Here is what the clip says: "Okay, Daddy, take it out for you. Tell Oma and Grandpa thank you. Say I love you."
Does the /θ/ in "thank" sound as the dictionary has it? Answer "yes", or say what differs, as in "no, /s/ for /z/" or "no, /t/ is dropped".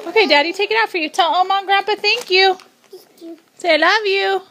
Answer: yes